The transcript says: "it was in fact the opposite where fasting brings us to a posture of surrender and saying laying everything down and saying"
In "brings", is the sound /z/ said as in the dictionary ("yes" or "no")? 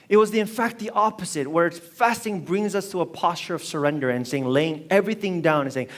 yes